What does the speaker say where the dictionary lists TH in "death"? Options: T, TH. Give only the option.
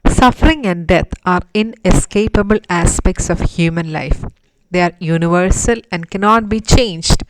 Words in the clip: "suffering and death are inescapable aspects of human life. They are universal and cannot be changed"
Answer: T